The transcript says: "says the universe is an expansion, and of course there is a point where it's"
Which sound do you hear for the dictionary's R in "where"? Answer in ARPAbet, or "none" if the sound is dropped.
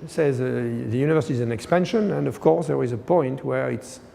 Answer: R